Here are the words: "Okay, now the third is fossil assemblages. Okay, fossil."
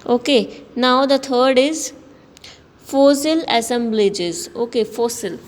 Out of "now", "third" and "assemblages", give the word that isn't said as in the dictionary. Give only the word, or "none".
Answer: third